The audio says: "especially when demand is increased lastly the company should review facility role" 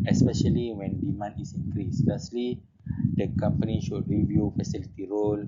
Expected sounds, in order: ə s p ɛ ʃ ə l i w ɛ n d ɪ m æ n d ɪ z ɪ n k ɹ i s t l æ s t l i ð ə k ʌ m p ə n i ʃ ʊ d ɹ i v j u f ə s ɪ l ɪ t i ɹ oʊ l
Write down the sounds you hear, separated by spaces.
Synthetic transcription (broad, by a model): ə s p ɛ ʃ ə l i w ɛ n d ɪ m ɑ n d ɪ s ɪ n k ɹ i s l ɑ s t l i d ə k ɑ m p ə n i ʃ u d ɹ i v j u f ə s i l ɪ t i ɹ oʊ l